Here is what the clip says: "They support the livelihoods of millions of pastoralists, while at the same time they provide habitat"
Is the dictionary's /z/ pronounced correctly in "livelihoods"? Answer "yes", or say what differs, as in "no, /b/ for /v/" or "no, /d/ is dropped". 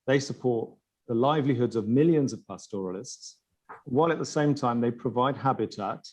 yes